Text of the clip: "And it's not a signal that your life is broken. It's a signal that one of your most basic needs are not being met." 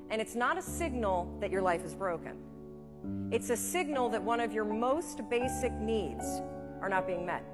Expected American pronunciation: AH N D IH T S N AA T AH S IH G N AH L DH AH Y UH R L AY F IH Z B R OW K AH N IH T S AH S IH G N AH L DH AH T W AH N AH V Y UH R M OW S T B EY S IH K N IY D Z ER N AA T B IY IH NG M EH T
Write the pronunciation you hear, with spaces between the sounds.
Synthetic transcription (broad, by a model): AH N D IH T S N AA T AH S IH G N L DH AH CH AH R L AY F IH Z B R OW K AH N IH T S AH S IH G N L DH AH T W AH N AH V Y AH R M OW S T B EY S IH K N IY D Z ER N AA T B IY IH NG M EH T